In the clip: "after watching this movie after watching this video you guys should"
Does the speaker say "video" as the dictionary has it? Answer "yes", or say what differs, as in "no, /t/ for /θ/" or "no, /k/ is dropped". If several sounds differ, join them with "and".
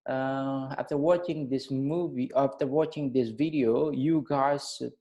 yes